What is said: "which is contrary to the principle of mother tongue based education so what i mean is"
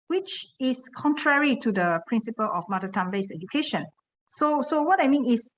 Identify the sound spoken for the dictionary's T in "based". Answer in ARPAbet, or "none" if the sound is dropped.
none